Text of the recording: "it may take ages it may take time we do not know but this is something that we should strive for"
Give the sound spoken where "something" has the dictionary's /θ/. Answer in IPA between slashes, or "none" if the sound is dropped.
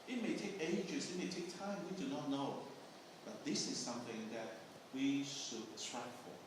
/θ/